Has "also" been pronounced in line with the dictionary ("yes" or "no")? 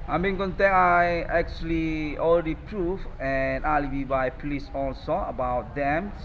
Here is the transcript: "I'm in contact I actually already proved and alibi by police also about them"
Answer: yes